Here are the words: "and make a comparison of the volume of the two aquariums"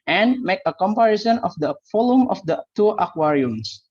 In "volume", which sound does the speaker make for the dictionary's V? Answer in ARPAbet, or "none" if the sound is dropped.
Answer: F